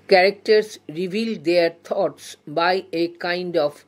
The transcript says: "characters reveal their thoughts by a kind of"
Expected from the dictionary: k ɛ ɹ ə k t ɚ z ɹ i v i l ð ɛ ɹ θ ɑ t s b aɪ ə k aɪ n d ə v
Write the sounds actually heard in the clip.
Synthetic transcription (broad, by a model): k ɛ ɹ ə k t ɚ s ɹ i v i l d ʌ ɹ t ɑ t s b aɪ ə k aɪ n d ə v